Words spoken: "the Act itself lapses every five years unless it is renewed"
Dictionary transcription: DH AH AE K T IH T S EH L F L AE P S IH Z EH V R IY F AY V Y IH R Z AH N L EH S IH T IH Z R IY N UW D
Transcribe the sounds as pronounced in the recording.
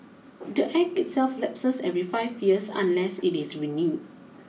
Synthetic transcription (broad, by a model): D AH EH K IH T S EH L F L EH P S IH S EH V R IY F AY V Y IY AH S AH N L EH S IH T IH S R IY N UW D